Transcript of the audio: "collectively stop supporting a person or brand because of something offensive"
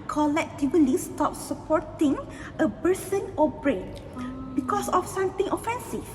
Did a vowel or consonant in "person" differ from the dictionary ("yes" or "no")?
yes